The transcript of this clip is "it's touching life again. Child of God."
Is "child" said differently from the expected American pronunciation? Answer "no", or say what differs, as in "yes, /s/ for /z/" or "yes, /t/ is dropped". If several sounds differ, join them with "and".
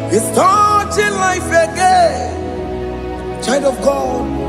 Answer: yes, /n/ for /l/